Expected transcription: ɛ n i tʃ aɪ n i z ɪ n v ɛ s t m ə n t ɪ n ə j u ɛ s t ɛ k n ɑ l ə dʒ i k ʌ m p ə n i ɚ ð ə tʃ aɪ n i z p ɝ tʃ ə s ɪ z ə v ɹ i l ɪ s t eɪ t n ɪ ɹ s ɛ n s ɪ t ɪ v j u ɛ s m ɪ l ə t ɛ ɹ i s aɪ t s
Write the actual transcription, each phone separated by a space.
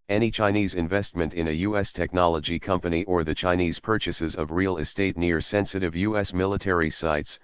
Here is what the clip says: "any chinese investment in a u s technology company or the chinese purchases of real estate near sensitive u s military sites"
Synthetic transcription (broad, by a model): ɛ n i tʃ aɪ n i z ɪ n v ɛ s t m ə n t ɪ n ə j u ɛ s t ɛ k n ɑ l ə dʒ i k ʌ m p ə n i ɚ ð ə tʃ aɪ n i z p ɝ tʃ ə s ɪ z ə v ɹ i l ɪ s t eɪ t n ɪ ɹ s ɛ n s ɪ t ɪ v j u ɛ s m ɪ l ə t ɛ ɹ i s aɪ t s